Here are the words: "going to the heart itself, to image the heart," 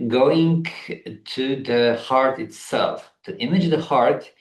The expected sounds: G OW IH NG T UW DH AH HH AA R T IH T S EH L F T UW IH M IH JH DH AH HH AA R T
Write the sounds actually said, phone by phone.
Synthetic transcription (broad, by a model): G OW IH NG T UW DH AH HH AA R T IH T S EH L F T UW IH M IH JH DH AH HH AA R T